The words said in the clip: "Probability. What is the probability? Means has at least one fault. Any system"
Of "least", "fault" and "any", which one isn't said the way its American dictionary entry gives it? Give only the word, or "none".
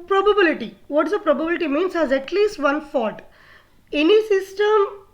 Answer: fault